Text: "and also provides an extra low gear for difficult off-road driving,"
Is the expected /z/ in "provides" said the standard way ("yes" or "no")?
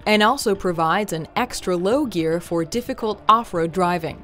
yes